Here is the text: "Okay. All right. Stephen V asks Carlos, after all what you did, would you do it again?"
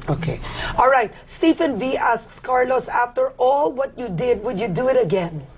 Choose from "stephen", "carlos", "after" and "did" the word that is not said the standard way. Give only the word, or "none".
stephen